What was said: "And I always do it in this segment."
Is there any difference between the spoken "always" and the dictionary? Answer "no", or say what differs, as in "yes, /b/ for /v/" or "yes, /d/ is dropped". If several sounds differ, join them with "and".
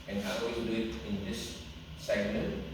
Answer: yes, /l/ is dropped